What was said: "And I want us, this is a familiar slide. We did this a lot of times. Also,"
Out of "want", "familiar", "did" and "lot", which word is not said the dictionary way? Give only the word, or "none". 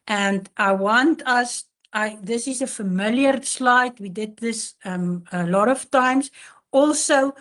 none